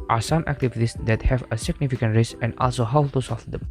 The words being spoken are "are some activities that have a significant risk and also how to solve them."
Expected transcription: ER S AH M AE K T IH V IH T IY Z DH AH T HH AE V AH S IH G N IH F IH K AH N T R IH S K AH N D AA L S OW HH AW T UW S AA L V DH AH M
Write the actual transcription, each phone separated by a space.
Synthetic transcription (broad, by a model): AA S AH M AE K T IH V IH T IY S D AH T HH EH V AH S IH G N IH F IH K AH N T R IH S AH N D AA L S OW HH AW T UW S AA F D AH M